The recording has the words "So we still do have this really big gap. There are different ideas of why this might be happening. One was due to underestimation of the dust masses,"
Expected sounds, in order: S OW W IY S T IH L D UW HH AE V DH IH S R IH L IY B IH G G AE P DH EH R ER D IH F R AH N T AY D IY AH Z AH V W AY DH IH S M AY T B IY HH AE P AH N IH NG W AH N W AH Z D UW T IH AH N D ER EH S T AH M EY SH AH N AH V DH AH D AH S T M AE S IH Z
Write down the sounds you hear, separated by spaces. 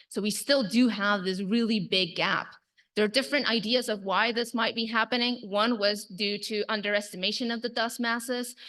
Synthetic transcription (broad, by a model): S OW W IY S T IH L D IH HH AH V DH IH S R IH L IY B IH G G AE P DH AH R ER D IH F R AH N T AY D IY AH Z AH V W AY DH IH S M AY T B IY HH AE P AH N IH NG W AH N W AH Z D UW T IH AH N D ER EH S T AH M EY SH AH N AH V DH AH D AH S M AE S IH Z